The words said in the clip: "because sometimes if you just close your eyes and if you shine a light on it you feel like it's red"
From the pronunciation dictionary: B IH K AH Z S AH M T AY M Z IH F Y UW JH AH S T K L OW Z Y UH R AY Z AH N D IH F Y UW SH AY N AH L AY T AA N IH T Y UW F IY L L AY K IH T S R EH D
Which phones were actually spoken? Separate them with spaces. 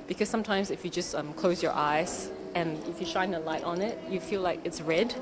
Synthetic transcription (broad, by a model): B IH K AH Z S AH M T AY M Z IH F Y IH JH AH S T K L OW Z Y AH R AY Z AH N IH F Y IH SH AY N AH L AY T N IH T Y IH F IY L L AY K IH T S R EH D